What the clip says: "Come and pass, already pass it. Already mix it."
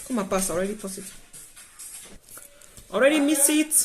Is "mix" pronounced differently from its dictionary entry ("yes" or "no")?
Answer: yes